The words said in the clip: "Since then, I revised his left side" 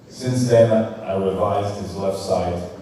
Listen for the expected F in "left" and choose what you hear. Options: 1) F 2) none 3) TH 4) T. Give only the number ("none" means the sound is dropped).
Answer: 1